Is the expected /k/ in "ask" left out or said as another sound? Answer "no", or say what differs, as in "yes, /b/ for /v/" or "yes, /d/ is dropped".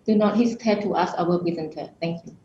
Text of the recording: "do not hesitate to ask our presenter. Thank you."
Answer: yes, /k/ is dropped